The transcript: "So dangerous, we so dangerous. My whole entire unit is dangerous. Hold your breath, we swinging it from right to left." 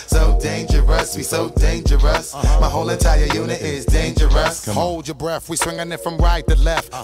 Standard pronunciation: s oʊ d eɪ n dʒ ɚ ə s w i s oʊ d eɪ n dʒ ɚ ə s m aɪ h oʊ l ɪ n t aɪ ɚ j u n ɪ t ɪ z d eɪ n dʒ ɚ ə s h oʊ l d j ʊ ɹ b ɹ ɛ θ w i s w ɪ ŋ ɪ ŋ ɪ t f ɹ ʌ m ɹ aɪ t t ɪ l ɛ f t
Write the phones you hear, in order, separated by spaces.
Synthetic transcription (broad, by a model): s oʊ d eɪ n dʒ ɚ ə s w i s oʊ d eɪ n dʒ ɚ ə s m aɪ h oʊ l ɪ n t aɪ ɚ j u n ɪ t ɪ z d eɪ n dʒ ɚ ə s h oʊ l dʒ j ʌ ɹ b ɹ ɛ θ w i s w ɪ ŋ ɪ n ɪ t f ɹ ʌ m ɹ aɪ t t ɪ l ɛ f t